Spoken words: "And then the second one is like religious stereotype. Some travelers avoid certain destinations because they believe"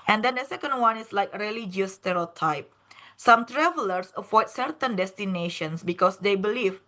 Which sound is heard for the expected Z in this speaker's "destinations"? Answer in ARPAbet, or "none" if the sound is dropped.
S